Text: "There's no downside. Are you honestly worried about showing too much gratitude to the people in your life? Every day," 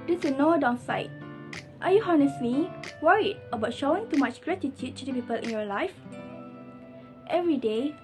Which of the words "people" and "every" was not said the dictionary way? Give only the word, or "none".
none